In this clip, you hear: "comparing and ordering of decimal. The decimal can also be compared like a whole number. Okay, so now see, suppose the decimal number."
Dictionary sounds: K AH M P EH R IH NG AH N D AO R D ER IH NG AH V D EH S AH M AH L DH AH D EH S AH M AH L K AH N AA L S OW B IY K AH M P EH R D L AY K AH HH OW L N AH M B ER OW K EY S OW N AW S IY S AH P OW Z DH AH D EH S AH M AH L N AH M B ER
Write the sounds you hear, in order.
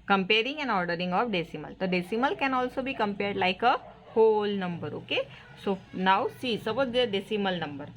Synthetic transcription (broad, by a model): K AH M P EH R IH NG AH N AO R D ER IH NG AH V D EH S AH M AH L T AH D EH S AH M AH L K AH N AA L S OW B IY K AH M P EH R D L AY K AH HH OW L N AH M B ER OW K EY S OW N AW S IY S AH B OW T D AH D EH S AH M AH L N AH M B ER